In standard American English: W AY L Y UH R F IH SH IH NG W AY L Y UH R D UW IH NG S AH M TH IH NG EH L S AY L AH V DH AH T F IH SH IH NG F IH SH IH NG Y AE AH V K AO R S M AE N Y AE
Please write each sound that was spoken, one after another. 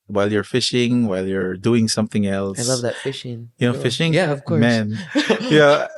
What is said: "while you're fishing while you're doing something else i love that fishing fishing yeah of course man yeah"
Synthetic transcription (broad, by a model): W AY L Y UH R F IH SH IH NG W AY L Y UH R D UW IH NG S AH M TH IH NG EH L S AY L AH V DH AH T F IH SH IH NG F IH SH IH NG Y AE AH V K AO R M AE N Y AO